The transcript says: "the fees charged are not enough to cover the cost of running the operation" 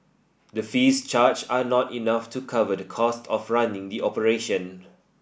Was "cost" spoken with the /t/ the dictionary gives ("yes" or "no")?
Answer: yes